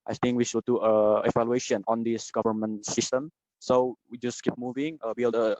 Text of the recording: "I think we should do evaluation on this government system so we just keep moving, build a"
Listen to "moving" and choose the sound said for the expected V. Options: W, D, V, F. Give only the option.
V